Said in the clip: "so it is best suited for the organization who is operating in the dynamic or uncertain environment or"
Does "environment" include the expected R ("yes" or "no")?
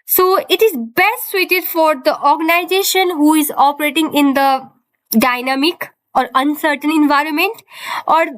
yes